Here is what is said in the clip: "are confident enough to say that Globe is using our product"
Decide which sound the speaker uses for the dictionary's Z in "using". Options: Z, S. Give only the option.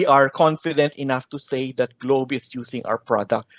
S